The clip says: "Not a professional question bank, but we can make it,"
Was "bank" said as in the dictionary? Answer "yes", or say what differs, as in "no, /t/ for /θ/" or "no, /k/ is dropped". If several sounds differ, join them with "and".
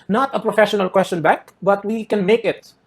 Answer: no, /ŋ/ is dropped